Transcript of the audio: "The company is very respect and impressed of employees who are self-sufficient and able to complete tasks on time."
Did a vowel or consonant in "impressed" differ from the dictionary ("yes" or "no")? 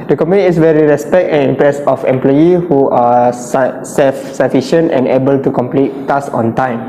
yes